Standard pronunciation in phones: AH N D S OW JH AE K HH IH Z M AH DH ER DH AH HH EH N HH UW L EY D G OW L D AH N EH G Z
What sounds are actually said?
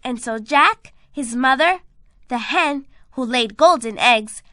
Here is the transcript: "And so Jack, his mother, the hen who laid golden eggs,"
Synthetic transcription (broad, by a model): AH N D S OW JH AE K HH IH Z M AH DH ER DH AH HH EH N HH UW L EY D G OW L D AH N EH G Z